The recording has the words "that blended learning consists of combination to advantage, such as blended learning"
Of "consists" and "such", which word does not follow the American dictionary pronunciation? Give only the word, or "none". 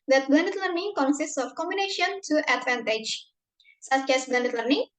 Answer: none